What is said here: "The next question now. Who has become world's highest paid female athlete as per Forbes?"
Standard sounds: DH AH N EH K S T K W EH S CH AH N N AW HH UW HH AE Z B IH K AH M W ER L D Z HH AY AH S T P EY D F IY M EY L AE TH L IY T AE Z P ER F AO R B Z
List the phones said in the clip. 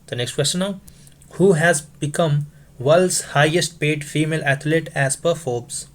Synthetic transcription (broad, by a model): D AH N EH K S T K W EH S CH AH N N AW HH UW HH AE Z B IH K AH M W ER L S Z HH AY AH S T P EY D F IY M EY L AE T L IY T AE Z P ER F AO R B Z